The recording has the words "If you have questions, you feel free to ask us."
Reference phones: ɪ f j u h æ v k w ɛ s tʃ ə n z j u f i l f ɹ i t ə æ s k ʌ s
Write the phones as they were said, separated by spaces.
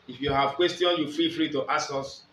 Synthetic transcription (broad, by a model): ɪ f j u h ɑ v k w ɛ s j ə n j u f i l f ɹ i t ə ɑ s k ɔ s